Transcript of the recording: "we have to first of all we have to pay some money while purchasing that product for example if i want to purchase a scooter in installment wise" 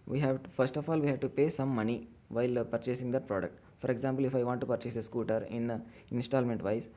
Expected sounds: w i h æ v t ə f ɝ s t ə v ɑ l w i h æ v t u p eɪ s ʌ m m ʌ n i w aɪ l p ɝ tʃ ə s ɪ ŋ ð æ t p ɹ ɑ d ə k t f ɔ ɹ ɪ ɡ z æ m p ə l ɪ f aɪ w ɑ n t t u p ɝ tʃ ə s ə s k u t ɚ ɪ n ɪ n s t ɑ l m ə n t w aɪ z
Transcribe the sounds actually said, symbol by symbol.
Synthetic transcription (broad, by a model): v i h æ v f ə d s t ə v ɑ l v i h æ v t u p eɪ s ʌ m m ʌ n i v aɪ l p ɝ tʃ ə s ɪ ŋ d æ t p ɹ ɑ d ə k t f ɔ ɹ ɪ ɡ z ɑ m p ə l ɪ f aɪ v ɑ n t t u p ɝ tʃ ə s ə s k u t ɚ ɪ n ɪ n s t ɑ l m ə n t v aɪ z